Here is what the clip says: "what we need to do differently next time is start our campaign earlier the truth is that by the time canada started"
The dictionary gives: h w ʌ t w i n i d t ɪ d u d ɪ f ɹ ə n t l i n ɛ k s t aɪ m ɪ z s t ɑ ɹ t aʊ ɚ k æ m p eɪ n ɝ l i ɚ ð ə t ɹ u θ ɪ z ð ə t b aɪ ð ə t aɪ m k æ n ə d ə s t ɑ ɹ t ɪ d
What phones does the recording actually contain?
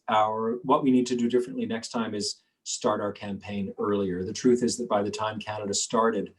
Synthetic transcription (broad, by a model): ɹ w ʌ t w i n i d t ɪ d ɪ d ɪ f ɹ ə n t l i n ɛ k s t aɪ m ɪ z s t ɑ ɹ t aʊ ɚ k æ m p eɪ n ɝ l i ɚ ð ə t ɹ u θ ɪ z ð ə t b aɪ ð ə t aɪ m k æ n ə d ə s t ɑ ɹ t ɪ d